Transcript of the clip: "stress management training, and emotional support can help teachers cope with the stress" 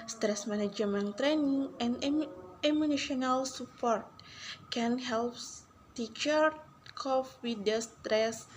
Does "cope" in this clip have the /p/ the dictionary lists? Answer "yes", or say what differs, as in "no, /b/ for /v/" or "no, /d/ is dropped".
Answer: no, /f/ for /p/